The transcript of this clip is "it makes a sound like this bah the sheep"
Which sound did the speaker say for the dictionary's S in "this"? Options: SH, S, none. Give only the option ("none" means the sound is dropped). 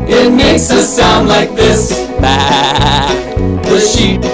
S